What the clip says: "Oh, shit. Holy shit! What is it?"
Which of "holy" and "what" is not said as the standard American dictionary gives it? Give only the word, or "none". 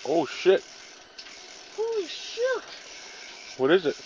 holy